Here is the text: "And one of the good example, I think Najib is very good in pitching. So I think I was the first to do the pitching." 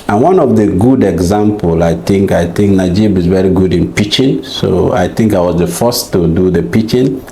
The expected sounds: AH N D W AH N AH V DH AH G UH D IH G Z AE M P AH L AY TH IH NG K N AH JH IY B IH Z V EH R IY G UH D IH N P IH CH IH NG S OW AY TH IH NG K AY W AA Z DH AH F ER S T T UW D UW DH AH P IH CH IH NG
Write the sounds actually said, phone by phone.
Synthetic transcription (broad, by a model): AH N W AH N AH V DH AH G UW D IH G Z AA M P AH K AY TH IH NG K N AH JH IY B IH Z V EH R IY G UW D IH N P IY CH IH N S OW AY TH IH NG K AY W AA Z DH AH F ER S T T UW D UW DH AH P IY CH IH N